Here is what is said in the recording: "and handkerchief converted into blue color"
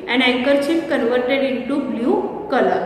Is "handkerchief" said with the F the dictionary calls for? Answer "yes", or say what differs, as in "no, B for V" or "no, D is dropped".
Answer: no, P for F